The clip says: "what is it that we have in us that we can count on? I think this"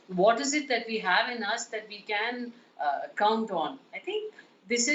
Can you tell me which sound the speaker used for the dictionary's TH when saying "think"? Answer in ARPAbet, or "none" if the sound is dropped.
T